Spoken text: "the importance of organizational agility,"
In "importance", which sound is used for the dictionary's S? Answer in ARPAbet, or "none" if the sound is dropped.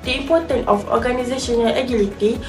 none